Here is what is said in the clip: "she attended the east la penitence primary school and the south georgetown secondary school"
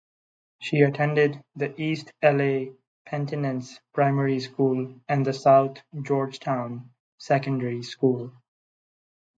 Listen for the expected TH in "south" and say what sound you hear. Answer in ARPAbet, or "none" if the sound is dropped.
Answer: T